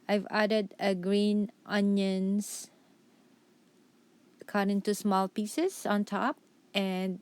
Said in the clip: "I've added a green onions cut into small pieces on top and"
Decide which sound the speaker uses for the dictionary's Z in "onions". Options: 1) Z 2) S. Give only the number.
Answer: 2